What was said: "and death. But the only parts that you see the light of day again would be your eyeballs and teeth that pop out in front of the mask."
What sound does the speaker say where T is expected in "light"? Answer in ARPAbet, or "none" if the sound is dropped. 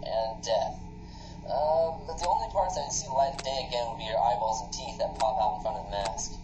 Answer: none